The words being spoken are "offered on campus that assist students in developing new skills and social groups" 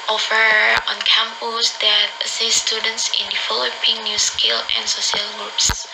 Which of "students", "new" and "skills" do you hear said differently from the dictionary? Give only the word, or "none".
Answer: skills